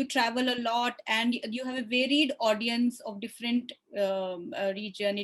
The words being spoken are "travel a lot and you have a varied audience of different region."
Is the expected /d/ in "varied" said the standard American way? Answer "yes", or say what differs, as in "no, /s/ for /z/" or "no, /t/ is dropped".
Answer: yes